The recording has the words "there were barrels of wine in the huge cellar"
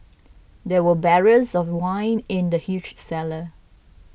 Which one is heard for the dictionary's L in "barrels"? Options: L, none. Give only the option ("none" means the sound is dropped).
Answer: none